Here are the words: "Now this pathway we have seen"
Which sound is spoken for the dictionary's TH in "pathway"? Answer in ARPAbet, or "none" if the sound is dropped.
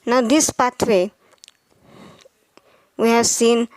T